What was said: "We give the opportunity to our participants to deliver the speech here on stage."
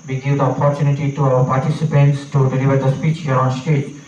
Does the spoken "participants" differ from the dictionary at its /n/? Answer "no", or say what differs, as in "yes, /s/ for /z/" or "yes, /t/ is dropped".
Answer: no